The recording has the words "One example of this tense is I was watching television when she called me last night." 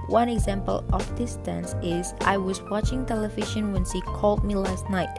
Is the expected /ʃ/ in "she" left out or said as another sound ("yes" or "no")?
yes